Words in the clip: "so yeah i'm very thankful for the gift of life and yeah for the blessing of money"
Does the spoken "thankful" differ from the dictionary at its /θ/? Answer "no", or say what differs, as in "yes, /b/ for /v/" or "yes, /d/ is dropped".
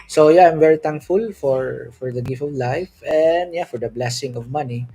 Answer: yes, /t/ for /θ/